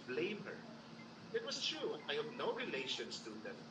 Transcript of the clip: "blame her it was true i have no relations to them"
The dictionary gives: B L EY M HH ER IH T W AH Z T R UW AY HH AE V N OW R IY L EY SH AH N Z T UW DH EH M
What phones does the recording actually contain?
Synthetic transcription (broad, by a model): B L EY M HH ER IH T W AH S T R UW AY HH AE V N OW R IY L EY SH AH N S T UW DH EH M